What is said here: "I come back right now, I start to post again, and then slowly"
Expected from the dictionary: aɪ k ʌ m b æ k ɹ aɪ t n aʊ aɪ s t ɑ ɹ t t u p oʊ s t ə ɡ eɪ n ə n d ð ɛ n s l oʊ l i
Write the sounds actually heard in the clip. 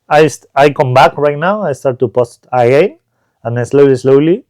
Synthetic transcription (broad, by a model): aɪ k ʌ m b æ k ɹ aɪ t n aʊ aɪ s t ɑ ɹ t t u p oʊ s t ə ɡ eɪ n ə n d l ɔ l s l oʊ l i